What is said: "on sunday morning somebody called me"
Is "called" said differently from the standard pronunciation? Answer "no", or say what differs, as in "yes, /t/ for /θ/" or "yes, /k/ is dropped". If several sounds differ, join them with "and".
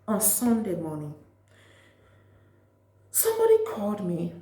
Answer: yes, /l/ is dropped